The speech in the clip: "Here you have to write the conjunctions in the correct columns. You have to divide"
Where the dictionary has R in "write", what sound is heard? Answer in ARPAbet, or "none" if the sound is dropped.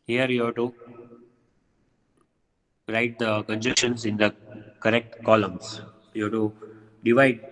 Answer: R